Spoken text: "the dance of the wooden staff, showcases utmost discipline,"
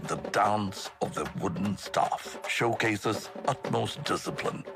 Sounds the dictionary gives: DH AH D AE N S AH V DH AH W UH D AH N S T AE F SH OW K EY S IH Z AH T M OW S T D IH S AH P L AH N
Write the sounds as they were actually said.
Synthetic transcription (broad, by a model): DH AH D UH N S AH V DH AH W UH D N S T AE F SH OW K EY S IH Z AH T M OW S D IH S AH P L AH N